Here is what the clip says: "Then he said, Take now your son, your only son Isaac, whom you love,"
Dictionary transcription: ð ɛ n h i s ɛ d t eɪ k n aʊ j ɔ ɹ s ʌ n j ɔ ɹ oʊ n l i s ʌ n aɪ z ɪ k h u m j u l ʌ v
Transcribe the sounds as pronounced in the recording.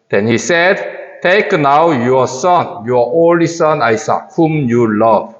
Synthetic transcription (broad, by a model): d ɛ n h i s ɛ d t eɪ k n aʊ j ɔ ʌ s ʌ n j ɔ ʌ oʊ l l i s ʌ n aɪ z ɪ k h u m j u l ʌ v